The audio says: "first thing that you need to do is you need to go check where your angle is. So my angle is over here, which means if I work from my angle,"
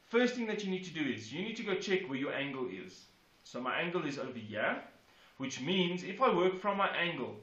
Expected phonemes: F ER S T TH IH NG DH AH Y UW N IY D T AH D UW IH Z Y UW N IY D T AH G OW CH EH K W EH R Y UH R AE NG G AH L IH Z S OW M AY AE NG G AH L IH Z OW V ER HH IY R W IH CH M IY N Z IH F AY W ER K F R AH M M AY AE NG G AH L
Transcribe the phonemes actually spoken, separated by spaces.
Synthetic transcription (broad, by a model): F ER S T TH IH NG DH AH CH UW N IY D T AH D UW IH Z Y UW N IY D T AH G OW CH EH K W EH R Y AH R AE NG G AH L IH Z S OW M AY AE NG G AH L IH Z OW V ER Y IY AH W IH CH M IY N Z IH F AY W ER K F R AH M M AY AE NG G AH L